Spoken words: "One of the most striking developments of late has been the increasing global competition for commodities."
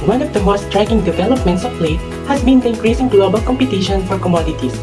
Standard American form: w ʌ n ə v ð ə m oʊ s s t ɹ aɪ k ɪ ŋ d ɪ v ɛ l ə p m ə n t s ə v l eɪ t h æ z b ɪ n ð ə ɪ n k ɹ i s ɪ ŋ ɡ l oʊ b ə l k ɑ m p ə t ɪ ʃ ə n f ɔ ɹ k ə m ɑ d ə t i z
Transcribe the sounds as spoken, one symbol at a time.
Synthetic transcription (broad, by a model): w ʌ n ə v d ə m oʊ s s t ɹ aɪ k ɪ ŋ d ɪ v ɛ l ə p m ə n t s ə p l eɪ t h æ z b ɪ n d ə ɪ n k ɹ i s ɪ ŋ ɡ l oʊ b ə l k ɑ m p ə t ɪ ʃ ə n f ɔ ɹ k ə m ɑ d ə t i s